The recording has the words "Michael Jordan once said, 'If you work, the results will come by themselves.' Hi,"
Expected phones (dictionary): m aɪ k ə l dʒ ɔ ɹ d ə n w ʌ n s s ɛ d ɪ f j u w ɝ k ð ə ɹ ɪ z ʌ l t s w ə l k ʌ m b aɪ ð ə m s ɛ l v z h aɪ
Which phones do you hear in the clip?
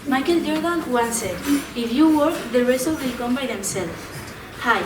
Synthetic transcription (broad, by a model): m aɪ k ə l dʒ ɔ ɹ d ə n w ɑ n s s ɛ ɪ f j u w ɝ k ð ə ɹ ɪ s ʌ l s w ə l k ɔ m b aɪ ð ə m s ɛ l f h aɪ